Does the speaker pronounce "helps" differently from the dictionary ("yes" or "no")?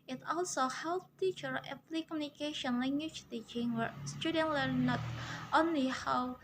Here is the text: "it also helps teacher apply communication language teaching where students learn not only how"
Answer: yes